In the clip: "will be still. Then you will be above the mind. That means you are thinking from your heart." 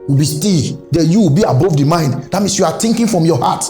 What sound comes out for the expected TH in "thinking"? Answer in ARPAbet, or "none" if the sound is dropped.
T